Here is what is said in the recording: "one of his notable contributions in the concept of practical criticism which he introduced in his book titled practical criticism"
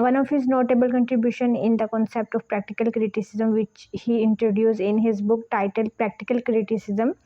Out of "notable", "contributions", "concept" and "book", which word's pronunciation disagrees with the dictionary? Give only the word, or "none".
contributions